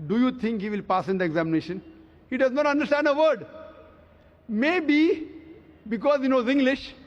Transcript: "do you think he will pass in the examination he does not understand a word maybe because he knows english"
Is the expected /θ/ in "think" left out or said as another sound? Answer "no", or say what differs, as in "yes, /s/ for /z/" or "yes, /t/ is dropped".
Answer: yes, /t/ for /θ/